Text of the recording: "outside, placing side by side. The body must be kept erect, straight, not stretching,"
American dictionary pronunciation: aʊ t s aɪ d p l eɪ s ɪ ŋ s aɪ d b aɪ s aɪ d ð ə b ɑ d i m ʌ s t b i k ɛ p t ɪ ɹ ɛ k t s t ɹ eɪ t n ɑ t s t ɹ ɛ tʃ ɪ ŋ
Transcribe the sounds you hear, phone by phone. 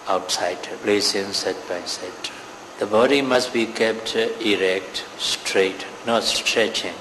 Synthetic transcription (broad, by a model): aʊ t s aɪ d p l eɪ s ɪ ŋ s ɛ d b aɪ s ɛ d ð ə b ɑ d i m ʌ s t b i k ɛ p t ɪ ɹ ɛ k t s t ɹ eɪ t n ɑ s s t ɹ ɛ tʃ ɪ ŋ